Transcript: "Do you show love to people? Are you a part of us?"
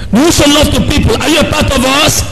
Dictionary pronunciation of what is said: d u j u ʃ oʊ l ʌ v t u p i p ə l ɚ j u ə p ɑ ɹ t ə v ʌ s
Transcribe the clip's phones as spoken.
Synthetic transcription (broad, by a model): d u j u s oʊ l ʌ v t u p i p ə l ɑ j u ə p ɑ t ə v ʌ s